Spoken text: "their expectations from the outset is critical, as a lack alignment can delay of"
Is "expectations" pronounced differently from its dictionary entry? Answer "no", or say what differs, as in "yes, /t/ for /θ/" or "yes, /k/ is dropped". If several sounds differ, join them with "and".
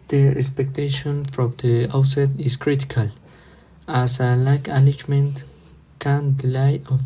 yes, /z/ is dropped